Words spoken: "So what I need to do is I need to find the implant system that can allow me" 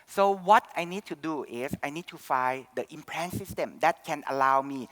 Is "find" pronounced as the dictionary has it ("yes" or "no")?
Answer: no